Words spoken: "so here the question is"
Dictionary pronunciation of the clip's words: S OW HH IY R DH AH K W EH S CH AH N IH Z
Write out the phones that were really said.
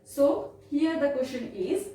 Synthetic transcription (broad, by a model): S OW HH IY R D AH K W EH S SH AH N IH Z